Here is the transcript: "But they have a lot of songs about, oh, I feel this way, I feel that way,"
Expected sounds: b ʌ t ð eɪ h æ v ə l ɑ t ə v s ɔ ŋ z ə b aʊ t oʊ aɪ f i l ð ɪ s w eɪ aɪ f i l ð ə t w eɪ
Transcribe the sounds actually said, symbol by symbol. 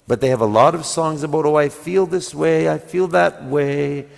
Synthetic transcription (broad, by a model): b ʌ t ð eɪ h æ v ə l ɑ t ə v s ɔ ŋ z ə b aʊ t oʊ aɪ f i l ð ɪ s w eɪ aɪ f i l ð ə t w eɪ